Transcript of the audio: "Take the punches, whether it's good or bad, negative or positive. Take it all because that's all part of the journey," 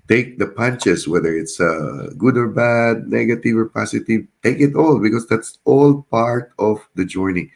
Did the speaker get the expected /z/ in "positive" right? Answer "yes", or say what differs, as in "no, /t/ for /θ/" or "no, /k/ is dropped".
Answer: no, /s/ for /z/